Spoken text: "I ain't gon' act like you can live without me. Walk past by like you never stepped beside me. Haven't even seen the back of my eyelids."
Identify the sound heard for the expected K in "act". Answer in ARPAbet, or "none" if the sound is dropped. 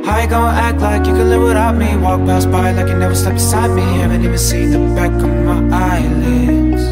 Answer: K